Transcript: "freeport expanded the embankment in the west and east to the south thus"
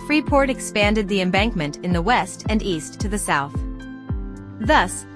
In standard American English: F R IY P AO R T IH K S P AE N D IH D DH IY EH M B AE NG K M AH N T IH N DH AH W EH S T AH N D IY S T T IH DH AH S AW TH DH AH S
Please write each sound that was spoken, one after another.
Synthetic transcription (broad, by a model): F R IY P AO R T IH K S P AE N D IH D DH IY EH M B AE NG K M AH N T IH N DH AH W EH S T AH N IY S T T IH DH AH S AW TH DH AH S